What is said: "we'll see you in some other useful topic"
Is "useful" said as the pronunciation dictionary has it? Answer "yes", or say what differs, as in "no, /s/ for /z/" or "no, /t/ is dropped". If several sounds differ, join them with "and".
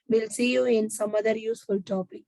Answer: yes